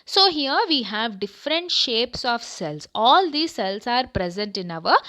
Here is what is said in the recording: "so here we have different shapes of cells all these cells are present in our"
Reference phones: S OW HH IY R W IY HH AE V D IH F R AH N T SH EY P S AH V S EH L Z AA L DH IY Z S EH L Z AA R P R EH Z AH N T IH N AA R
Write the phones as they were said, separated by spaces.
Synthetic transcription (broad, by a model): S OW HH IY R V IY HH AE V D IH F R AH N T SH EY P S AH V S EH L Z AA L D IY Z S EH L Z AA R P R EH Z AH N T IH N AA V